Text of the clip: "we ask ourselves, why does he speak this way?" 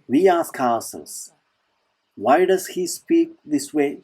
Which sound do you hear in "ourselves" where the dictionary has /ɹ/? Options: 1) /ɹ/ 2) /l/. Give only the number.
2